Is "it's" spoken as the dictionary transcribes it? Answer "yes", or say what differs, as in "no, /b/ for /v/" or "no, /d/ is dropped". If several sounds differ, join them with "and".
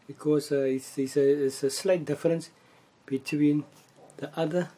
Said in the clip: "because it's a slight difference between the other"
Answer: no, /s/ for /t/